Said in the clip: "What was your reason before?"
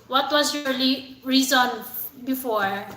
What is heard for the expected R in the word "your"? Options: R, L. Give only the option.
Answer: L